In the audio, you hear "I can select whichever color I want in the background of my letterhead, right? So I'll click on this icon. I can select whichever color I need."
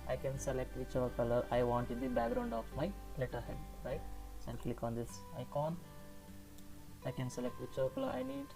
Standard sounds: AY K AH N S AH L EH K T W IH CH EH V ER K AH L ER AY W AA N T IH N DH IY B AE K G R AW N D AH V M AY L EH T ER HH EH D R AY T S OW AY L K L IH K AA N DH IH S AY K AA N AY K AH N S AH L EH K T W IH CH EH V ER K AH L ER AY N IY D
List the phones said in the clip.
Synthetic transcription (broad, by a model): AY K AH N S AH L EH K T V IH CH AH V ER K AH L ER AY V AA N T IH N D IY B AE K G R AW N D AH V M AY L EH T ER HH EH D R AY T S OW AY N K L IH K AA N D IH S AY K AA N AY K AH N S AH L EH K T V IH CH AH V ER K AH L ER AY N IY D